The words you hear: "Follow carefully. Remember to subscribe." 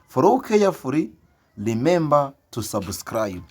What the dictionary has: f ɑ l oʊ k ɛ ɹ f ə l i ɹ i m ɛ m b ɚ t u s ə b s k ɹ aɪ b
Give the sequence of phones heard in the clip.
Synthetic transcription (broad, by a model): f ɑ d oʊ k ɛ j f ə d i l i m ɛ m b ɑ t u s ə b s k ɹ aɪ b